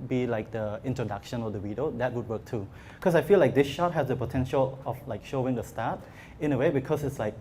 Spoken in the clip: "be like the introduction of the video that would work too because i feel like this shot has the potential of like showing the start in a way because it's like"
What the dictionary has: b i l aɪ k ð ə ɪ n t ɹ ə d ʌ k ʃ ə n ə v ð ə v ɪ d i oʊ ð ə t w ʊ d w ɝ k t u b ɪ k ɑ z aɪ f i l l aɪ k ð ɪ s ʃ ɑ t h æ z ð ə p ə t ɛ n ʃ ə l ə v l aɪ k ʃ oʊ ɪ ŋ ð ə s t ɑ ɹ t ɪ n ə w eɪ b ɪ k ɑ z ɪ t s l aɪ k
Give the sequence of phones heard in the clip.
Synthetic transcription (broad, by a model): b i l aɪ k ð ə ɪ n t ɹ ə d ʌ k ʃ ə n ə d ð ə w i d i oʊ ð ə t w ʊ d w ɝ k t u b k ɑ s aɪ f i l l aɪ k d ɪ s ʃ ɑ t h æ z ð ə p ə t ɛ n ʃ ə l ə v l aɪ k ʃ oʊ ɪ ŋ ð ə s t ɑ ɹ t ɪ n ə w eɪ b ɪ k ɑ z ɪ t s l aɪ k